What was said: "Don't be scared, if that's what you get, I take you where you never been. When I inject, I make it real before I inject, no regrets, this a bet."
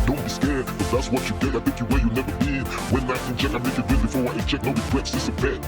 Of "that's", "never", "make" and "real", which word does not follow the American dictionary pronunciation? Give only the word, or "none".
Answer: real